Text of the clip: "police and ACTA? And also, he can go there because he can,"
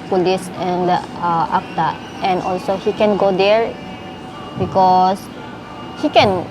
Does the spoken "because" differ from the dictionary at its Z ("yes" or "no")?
yes